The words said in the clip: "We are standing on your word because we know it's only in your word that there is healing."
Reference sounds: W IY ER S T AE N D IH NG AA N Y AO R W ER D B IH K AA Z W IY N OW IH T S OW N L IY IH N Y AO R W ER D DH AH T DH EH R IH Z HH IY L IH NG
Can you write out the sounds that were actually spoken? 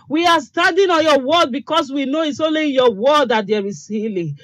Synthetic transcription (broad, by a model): W IY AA S T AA N D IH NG AA N Y AO W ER D B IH K AA S W IY N OW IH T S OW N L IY IH N Y AO W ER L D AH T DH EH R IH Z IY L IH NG